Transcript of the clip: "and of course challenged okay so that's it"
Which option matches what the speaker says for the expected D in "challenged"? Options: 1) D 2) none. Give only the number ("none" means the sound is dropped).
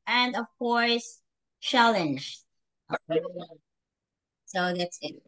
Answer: 2